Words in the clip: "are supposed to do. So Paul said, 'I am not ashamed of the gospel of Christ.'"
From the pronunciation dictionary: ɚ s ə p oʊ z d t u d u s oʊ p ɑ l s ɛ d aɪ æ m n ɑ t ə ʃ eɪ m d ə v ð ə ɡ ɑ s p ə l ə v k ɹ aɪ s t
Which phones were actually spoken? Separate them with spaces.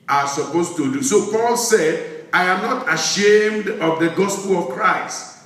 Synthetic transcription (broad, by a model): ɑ s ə p oʊ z t u d u s oʊ p ɑ l s ɛ d aɪ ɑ m n ɑ t ə ʃ eɪ m d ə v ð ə ɡ ɑ s p ə l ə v k ɹ aɪ s t